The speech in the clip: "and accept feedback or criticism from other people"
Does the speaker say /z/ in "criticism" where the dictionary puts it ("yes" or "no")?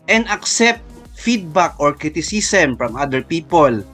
no